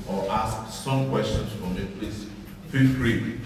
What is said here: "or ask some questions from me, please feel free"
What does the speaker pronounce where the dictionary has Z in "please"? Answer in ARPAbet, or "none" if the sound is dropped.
S